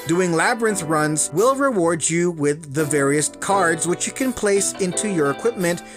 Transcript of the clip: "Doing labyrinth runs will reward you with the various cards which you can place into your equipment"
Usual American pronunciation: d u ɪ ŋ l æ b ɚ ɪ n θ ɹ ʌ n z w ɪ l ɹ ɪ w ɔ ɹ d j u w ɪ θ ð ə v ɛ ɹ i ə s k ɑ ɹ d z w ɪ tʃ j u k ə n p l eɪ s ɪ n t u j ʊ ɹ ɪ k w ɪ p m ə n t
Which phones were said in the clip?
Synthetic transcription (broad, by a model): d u ɪ ŋ l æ b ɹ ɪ n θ ɹ ʌ n z w ɪ l ɹ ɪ w ɔ ɹ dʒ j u w ɪ ð ə v ɛ ɹ i ə s k ɑ ɹ d z w ɪ tʃ j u k ə n p l eɪ s ɪ n t u j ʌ ɹ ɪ k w ɪ p m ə n t